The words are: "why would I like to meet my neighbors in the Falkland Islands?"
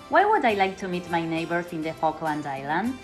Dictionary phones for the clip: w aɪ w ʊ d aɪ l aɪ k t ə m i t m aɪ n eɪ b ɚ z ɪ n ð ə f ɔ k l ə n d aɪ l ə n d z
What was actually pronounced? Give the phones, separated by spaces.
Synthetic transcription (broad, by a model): w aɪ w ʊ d aɪ l aɪ k t ə m i t m aɪ n eɪ b ɚ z ɪ n ð ə f ɔ k l ə n d aɪ l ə n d